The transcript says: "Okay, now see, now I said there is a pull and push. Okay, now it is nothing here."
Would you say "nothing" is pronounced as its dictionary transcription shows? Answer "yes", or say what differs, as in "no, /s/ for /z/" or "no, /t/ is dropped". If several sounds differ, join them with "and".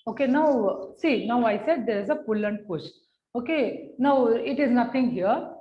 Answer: no, /t/ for /θ/